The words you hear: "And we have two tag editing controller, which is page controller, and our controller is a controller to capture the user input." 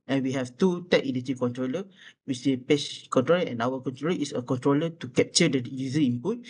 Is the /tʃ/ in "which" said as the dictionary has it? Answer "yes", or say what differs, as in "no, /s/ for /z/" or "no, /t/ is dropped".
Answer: no, /s/ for /tʃ/